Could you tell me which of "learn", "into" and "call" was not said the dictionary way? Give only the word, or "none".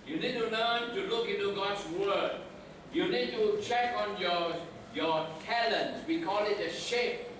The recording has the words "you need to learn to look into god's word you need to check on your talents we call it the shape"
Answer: learn